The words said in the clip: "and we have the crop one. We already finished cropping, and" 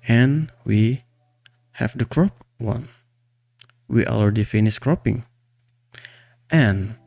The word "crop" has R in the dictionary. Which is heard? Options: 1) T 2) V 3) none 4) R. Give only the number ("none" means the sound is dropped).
4